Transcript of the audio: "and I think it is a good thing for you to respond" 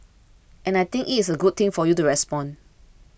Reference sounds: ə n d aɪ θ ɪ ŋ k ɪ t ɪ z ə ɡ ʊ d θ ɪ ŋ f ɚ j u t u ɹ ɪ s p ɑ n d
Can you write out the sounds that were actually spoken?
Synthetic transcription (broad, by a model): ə n aɪ t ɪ ŋ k ɪ t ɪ s ə ɡ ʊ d t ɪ ŋ f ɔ j u t u ɹ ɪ s p ɑ n